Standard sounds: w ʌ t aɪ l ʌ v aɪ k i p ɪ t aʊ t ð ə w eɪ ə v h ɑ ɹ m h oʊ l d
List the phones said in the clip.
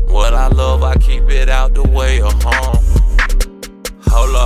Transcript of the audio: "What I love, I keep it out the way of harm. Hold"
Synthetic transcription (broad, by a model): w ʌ t aɪ l ʌ v aɪ k i p ɪ t aʊ t ð ə w eɪ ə h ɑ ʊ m h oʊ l